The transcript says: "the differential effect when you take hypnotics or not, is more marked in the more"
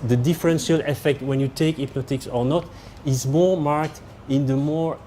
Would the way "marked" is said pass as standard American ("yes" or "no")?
yes